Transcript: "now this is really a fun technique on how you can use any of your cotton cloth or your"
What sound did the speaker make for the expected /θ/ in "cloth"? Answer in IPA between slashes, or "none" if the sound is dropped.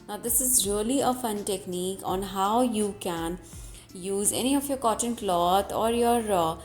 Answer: /t/